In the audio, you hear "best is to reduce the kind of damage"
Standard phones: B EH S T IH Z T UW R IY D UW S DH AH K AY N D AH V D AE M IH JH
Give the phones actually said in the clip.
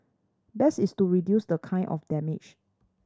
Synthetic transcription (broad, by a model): B EH S IH S T UW R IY D UW S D AH K AY N AH F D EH M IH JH